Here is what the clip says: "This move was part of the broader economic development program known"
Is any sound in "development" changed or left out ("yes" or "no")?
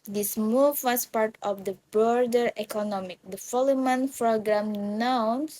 yes